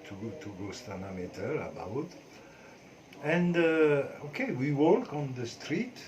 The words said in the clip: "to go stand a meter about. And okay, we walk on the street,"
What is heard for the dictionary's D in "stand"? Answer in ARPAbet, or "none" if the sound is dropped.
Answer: none